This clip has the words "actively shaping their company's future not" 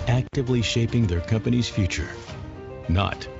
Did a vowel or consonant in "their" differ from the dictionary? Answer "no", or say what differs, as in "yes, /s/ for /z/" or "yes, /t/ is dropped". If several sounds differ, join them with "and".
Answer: no